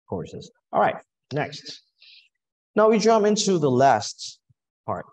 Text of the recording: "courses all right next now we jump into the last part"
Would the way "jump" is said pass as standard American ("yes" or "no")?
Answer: no